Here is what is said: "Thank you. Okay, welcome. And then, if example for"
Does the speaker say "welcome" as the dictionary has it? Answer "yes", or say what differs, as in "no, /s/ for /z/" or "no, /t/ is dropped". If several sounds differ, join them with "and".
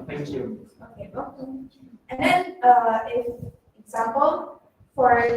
no, /m/ is dropped